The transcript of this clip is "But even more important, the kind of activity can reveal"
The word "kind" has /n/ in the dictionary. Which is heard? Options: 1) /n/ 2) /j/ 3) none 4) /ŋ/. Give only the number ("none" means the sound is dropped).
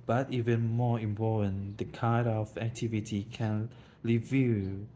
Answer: 3